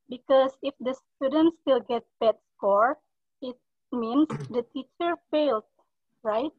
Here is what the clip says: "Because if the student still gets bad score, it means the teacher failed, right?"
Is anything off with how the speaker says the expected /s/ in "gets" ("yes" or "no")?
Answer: yes